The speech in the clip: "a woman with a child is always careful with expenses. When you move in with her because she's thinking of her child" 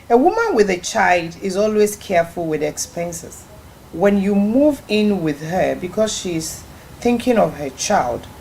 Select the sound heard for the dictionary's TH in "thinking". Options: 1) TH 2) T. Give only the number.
1